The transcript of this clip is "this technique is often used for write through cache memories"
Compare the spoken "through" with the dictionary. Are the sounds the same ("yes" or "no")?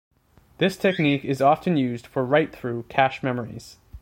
yes